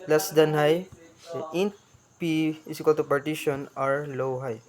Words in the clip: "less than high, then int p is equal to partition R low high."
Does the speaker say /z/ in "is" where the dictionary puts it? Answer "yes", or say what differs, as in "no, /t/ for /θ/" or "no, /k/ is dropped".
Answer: no, /s/ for /z/